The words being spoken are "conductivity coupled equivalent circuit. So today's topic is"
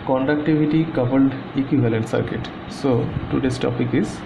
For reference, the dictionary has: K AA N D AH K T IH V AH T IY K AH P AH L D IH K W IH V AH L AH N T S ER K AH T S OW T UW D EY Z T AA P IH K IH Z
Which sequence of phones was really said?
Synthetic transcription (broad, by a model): K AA N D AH K T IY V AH T IY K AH B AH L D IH K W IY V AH L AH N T S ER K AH T S OW T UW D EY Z T AA P IH K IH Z